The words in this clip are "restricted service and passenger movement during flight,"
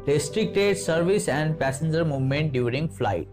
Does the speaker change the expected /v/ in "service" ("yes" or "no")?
no